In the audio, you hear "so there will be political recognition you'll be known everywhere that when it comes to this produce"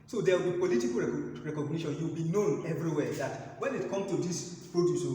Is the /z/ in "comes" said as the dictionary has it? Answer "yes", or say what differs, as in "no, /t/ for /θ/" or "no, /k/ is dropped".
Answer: no, /z/ is dropped